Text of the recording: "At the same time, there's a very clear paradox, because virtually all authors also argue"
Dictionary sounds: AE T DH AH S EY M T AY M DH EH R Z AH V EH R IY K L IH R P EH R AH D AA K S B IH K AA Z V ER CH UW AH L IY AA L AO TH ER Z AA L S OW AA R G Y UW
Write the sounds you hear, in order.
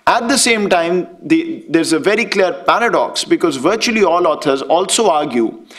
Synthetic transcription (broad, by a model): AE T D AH S EY M T AY M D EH R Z AH V EH R IY K L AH R P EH R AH D AA K S B IH K AA Z V ER CH UW AH L IY AA L AO T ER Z AA L S OW AA R G Y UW